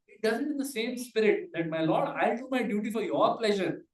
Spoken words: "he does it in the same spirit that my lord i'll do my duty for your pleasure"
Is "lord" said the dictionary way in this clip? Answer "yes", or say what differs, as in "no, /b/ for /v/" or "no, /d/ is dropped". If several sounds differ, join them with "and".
yes